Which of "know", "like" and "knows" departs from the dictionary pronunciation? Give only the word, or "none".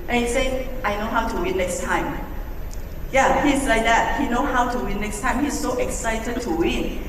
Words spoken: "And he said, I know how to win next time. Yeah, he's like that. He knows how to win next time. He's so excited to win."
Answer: knows